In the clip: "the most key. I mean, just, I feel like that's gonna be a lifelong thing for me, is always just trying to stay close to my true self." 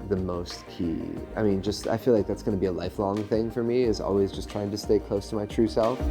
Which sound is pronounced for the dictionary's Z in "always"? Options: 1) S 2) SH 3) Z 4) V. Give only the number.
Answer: 3